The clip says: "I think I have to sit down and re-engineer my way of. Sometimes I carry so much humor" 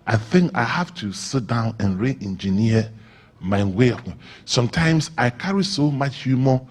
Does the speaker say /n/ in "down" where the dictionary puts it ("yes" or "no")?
yes